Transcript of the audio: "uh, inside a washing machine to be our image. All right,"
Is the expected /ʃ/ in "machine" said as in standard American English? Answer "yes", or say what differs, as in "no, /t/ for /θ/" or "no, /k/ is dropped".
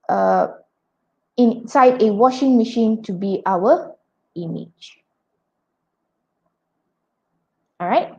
yes